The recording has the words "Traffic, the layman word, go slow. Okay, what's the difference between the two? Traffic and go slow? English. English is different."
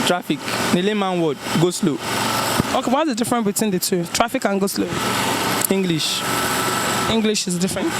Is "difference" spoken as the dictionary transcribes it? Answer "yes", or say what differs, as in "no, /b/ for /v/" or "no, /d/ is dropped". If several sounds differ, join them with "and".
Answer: no, /s/ is dropped